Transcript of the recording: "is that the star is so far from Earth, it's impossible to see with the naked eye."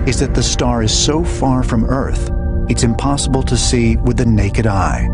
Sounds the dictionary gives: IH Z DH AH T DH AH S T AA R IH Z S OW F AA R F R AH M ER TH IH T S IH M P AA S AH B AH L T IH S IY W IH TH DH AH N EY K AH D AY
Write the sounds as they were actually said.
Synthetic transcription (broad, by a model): IH Z DH AH T DH AH S T AA R IH Z S OW F AA R F R AH M ER TH IH T S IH M P AA S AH B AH L T IH S IY W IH DH AH N EY K AH D AY